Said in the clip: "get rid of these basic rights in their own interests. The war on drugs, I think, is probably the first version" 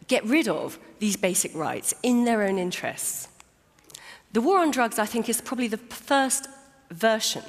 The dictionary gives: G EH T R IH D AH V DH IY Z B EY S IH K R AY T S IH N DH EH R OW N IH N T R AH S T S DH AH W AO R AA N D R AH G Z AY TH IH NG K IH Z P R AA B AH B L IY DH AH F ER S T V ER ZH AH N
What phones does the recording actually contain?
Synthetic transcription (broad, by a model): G EH T R IH D AH V DH IY Z B EY S IH K R AY T S IH N DH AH R OW N IH N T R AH S T S DH AH W AO R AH N D R AH G Z AY TH IH NG K IH Z P R AA B AH B L IY DH AH F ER S T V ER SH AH N